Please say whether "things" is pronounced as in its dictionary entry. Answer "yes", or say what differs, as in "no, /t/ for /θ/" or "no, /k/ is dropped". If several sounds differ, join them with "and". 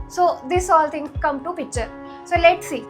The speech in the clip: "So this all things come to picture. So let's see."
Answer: no, /t/ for /θ/ and /z/ is dropped